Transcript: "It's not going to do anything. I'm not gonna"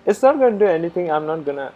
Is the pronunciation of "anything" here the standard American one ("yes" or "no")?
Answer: no